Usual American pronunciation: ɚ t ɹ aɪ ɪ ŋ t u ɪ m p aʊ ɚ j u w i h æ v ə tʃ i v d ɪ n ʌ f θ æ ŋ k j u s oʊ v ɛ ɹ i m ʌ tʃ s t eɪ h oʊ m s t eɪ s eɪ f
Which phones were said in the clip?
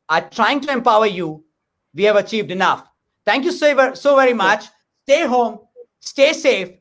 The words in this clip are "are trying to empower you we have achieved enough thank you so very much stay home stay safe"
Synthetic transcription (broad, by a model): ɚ t ɹ aɪ ɪ ŋ t u ɪ m p aʊ ɚ j u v i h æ v ə tʃ i v d ɪ n ʌ f t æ ŋ k j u s oʊ v ɛ ɹ i m ʌ tʃ s t eɪ h oʊ m s t eɪ s eɪ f